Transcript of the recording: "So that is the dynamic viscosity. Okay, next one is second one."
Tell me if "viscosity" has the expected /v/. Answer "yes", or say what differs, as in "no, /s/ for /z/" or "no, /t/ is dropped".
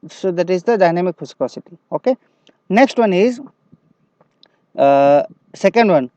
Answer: no, /f/ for /v/